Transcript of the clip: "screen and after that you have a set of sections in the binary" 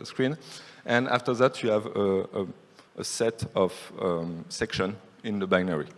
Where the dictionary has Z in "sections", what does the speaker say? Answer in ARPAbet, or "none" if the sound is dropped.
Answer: none